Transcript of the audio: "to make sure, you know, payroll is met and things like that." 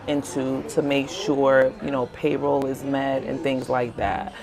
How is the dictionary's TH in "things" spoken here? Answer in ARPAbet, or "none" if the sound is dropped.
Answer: TH